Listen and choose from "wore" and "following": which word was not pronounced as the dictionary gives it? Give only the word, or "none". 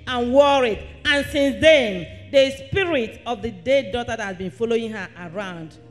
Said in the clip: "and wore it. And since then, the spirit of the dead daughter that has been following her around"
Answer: none